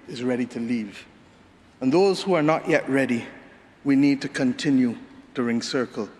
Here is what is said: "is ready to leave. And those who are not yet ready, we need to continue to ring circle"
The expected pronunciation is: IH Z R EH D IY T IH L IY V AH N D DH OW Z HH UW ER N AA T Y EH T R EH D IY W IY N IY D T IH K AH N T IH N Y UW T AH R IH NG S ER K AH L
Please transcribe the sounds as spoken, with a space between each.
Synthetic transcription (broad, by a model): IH Z R EH D IY T IH L IY V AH N DH OW Z HH UW ER N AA T Y EH T R EH D IY W IY N IY D T IH K AH N T IH N Y UW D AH R IH NG S ER K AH L